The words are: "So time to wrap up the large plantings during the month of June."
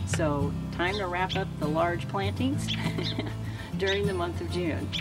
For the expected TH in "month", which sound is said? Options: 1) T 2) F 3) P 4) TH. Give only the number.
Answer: 4